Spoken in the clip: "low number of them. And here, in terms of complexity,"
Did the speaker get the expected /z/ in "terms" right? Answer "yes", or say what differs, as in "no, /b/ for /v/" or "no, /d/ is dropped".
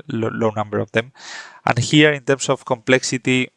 no, /s/ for /z/